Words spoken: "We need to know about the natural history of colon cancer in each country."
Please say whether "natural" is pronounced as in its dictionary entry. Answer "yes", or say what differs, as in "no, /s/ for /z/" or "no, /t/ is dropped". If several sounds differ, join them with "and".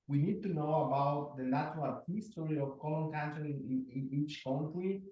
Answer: no, /l/ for /n/